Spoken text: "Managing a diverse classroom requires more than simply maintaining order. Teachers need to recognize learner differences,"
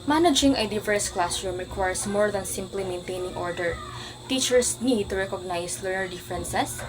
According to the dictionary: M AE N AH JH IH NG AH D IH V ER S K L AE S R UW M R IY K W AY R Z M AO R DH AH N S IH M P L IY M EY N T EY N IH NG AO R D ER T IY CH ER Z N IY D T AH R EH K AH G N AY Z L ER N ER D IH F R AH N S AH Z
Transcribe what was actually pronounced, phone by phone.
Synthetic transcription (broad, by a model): M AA N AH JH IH NG AH D IH V ER S K L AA S R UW M R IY K W AY R S M AO R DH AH N S IH M P L IY M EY N T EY N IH NG AO R D ER T IY CH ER S N IY D T AH R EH K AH G N AY S L ER N ER D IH F R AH N S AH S